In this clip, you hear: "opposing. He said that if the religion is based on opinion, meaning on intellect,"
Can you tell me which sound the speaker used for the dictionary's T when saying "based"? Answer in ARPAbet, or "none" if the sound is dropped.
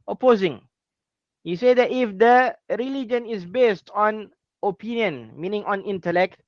T